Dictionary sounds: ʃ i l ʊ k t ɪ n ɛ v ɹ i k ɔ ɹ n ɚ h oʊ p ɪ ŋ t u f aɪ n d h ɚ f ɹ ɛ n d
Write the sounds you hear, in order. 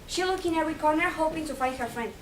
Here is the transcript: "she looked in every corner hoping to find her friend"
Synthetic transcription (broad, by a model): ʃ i l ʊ k ɪ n ɛ v ɹ i k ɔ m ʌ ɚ h oʊ p ɪ ŋ t u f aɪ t h ɚ f ɹ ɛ n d